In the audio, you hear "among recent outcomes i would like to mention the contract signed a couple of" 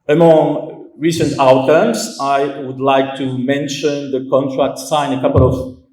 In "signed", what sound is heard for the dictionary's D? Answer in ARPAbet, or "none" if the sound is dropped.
none